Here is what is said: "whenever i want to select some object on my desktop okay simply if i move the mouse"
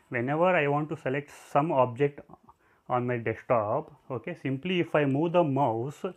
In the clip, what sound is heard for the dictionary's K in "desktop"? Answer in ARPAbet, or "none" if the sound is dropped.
none